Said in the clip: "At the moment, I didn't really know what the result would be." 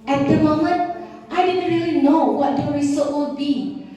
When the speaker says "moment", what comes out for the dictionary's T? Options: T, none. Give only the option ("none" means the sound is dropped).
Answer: T